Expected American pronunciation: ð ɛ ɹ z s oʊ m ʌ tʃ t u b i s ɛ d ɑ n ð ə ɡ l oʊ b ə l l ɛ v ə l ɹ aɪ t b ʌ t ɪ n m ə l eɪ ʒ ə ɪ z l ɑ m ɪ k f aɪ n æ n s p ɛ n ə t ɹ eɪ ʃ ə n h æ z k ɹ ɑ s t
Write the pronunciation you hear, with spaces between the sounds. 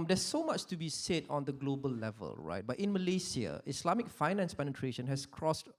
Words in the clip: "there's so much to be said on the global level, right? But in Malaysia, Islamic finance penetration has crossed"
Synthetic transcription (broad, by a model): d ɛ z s oʊ m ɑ tʃ t u b i s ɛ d ɑ n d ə ɡ l oʊ b ə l l ɛ v ə l ɹ aɪ t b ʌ t ɪ n m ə l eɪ s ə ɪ s l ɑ m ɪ k f aɪ n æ n s p ɛ n ə t ɹ eɪ ʃ ə n h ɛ s k ɹ ɑ s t